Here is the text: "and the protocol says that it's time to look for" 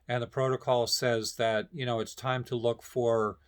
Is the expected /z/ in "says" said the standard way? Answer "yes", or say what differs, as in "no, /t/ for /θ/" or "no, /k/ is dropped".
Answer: yes